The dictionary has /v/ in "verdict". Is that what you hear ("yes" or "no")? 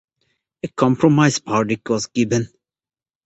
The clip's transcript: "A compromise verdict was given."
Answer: no